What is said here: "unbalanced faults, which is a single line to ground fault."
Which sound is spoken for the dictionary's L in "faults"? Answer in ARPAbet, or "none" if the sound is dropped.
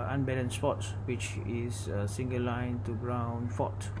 none